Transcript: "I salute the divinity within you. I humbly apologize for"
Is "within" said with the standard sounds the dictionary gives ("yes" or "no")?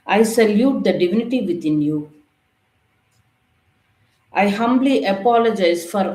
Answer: no